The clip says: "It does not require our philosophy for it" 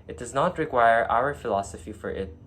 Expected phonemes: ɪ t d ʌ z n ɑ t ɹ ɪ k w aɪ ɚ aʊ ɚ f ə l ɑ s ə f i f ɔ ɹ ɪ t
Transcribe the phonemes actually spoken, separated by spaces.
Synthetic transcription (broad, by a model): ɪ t d ʌ z n ɑ t ɹ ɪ k w aɪ ɚ aʊ ɚ f ə l ɑ s ə f i f ɔ ɹ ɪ t